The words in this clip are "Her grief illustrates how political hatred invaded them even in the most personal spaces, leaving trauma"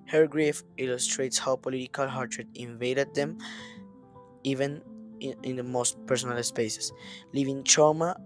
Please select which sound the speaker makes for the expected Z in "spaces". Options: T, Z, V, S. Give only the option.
S